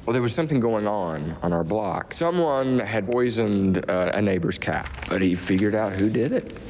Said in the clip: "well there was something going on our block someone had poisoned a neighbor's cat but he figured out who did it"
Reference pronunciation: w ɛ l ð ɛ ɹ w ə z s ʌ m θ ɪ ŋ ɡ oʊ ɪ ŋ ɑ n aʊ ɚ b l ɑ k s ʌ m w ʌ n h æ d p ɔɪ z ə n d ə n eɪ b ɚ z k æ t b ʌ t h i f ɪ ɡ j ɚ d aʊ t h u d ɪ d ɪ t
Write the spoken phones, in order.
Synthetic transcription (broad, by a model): w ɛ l ð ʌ ɹ w ə z s ʌ m θ ɪ ŋ ɡ oʊ ɪ ŋ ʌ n aʊ ɚ b l ɑ k s ʌ m w ʌ n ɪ d p ɔɪ z ə n d ə n eɪ b ɚ z k æ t b ʌ t h i f ɪ ɡ j ɚ d aʊ t h u d ɪ d ɪ t